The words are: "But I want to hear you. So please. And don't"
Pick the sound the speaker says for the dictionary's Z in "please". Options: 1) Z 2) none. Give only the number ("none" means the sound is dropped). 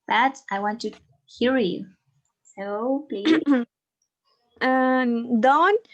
2